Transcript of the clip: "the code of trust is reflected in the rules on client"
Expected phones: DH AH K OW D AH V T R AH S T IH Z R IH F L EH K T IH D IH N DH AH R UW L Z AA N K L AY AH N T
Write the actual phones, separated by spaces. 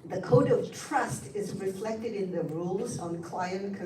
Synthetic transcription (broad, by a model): DH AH K OW D AH V T R AH S T IH Z R IH F L EH K T IH D IH N DH AH R UW L Z N K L AY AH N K